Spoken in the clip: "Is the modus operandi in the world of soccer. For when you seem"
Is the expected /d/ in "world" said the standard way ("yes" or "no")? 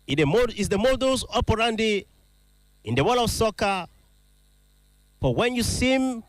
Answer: no